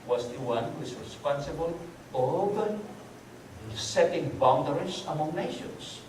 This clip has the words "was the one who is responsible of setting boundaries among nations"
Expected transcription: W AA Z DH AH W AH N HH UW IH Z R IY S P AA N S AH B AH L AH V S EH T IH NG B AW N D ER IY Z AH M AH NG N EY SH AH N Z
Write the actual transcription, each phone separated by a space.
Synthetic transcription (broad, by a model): W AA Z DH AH W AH N HH UW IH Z R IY S P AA N S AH B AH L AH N S EH T IH NG B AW N D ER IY S AH M AH NG N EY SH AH N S